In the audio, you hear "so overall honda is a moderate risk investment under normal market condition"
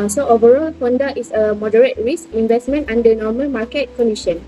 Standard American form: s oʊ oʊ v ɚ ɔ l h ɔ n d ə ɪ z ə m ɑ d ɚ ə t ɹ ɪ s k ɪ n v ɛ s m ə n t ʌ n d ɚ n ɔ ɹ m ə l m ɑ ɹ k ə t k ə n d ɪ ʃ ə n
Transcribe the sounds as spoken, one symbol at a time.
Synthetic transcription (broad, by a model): s oʊ oʊ v ɚ ɔ l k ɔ n d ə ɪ s ə m ɑ d ɚ ə t ɹ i s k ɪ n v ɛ s m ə n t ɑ n d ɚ n ɔ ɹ m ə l m ɑ k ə t k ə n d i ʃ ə n